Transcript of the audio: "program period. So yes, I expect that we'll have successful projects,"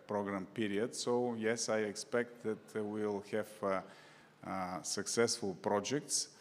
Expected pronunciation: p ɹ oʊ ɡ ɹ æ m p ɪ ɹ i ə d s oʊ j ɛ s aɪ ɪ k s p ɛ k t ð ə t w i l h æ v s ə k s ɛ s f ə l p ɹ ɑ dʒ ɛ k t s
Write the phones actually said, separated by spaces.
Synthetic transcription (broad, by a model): p ɹ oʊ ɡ ɹ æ m p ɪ ɹ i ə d s oʊ j ɛ s aɪ ɪ k s p ɛ k t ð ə t w i l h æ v s ə k s ɛ s f ə l p ɹ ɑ dʒ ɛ k t s